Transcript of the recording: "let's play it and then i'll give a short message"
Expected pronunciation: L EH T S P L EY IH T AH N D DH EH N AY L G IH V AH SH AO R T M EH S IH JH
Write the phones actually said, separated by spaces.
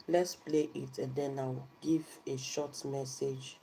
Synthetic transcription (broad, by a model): L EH T S P L EY IH T AH N D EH N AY W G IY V AH SH AO T M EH S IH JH